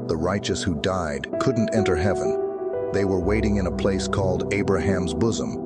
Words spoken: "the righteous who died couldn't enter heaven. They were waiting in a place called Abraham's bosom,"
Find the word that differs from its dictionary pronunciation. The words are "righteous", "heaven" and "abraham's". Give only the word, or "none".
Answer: none